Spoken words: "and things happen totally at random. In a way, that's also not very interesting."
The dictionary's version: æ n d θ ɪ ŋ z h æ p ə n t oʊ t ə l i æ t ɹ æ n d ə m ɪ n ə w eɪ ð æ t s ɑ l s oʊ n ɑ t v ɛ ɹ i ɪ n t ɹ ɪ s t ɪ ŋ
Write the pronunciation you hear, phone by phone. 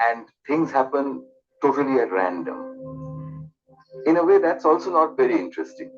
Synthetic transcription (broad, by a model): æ n d t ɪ ŋ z h æ p ə n t oʊ t ə l i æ t ɹ æ n d ə m ɪ n ə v eɪ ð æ t s ɑ l s oʊ n ɑ t v ɛ ɹ i ɪ n t ɹ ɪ s t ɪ ŋ